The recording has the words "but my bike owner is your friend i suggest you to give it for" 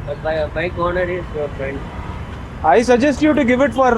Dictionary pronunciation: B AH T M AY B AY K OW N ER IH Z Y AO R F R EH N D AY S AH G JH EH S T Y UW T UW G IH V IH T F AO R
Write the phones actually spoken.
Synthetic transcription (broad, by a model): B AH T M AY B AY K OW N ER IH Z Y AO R F R EH N D AY S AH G JH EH S T Y UW T UW G IH V IH T F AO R